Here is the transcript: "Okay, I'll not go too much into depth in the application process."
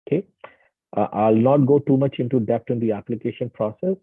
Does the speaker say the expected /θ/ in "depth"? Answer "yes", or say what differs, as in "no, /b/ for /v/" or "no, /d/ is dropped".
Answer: no, /t/ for /θ/